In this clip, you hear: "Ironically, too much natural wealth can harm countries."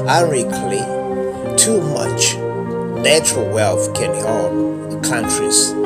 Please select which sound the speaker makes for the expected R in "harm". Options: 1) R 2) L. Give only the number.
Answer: 2